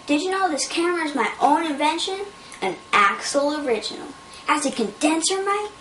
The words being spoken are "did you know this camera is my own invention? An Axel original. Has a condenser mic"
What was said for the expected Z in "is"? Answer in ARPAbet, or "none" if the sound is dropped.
Z